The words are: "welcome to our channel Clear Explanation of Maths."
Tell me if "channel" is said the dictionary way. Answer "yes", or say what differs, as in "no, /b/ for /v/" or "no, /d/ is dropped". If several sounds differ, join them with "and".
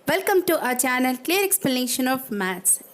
yes